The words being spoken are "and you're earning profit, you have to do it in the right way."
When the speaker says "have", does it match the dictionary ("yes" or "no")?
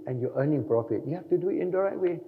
no